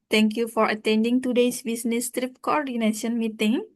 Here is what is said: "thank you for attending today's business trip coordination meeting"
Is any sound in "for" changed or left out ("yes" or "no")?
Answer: no